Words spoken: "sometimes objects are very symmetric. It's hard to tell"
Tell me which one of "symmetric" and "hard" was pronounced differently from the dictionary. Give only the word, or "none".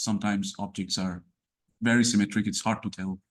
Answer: none